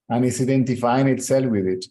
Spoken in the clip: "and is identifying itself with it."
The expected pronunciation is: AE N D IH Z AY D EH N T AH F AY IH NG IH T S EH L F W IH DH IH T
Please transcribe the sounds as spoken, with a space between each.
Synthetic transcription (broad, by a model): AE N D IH S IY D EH N T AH F AY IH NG IH T S EH L F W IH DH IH T